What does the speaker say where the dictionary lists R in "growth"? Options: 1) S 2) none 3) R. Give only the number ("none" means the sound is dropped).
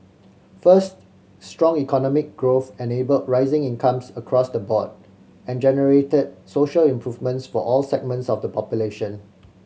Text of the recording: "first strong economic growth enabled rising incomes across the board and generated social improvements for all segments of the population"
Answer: 3